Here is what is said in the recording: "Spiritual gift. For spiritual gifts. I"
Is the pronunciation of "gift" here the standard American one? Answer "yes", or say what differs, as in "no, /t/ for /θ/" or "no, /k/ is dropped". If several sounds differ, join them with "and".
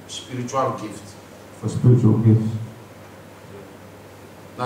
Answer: yes